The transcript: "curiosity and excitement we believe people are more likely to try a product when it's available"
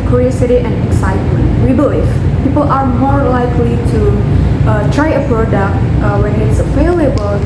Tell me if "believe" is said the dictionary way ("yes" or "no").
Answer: no